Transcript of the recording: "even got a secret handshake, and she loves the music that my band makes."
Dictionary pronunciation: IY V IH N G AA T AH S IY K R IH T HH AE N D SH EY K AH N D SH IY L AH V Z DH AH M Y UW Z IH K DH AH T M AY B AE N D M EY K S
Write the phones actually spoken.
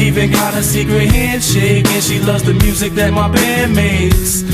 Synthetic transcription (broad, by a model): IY V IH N G AA T AH S IY K R IH T HH AE N D SH EY K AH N SH IY L AH V Z DH AH M Y UW Z IH K DH AH T M AY B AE D M EY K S